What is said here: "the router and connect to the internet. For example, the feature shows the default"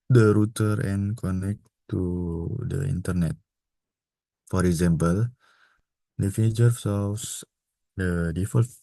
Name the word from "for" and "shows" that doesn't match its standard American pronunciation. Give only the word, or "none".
shows